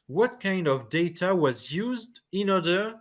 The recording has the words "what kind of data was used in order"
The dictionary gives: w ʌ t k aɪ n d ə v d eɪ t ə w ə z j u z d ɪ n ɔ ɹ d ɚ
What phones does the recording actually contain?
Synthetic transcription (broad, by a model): w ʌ t k aɪ n d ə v d eɪ t ə w ə z j u z d ɪ n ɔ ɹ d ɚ